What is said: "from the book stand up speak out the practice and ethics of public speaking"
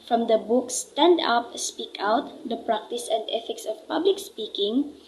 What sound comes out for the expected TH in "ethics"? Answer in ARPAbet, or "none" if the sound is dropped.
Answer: F